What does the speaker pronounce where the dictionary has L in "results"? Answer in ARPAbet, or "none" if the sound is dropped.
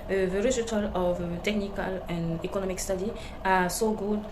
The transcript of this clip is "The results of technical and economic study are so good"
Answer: none